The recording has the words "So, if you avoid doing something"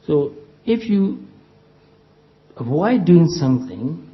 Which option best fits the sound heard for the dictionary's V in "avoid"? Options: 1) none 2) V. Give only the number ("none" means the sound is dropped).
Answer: 1